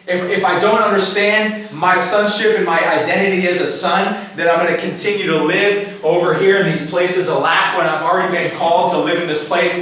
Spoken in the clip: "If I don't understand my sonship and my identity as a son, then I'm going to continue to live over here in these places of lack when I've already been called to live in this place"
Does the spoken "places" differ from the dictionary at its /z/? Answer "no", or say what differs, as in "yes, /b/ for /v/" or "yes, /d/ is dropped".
no